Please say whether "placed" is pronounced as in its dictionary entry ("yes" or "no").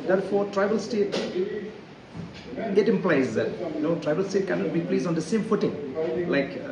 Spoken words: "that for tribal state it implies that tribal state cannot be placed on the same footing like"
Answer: no